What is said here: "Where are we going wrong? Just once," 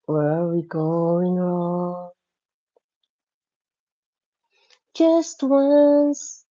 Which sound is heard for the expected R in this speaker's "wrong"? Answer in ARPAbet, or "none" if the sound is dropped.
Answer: R